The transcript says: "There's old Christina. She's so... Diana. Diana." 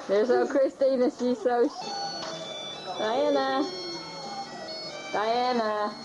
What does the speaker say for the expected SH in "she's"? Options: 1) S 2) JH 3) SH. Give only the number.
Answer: 1